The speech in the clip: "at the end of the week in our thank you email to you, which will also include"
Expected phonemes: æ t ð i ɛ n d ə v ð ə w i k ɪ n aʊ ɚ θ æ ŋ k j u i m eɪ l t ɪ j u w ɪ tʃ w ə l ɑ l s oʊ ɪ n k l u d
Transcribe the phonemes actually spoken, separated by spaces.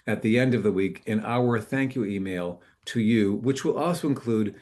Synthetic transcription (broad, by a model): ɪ t ð i ɛ n d ə v ð ə w i k ɪ n aʊ ɚ θ æ ŋ k j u i m eɪ l t ɪ j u w ɪ tʃ w ə l ɑ l s oʊ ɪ n k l u d